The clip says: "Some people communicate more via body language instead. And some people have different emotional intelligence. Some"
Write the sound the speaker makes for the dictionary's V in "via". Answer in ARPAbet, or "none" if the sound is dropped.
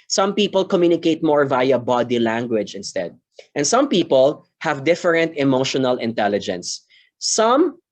V